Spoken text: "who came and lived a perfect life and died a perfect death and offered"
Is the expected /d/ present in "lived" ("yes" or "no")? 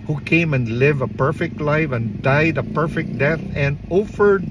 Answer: no